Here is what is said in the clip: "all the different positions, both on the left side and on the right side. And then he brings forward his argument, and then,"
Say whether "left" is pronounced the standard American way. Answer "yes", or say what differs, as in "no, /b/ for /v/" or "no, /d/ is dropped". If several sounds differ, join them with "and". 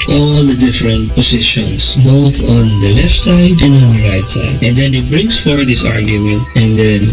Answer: yes